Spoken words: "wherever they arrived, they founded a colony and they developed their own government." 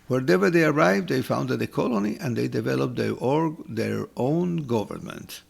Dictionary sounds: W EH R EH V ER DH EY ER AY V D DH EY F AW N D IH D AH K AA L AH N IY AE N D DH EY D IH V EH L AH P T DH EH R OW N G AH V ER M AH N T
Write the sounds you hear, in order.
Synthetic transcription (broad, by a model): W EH R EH V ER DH EY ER AY V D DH EY F AW N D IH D AH K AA L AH N IY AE N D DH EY D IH V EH L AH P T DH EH R OW N G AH V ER M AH N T